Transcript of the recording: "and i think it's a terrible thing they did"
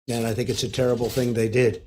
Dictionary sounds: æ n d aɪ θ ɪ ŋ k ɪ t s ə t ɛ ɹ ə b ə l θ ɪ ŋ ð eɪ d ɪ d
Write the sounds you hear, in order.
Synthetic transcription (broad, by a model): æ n aɪ θ ɪ ŋ k ɪ t s ə t ɛ ɹ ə b l θ ɪ ŋ ð eɪ d ɪ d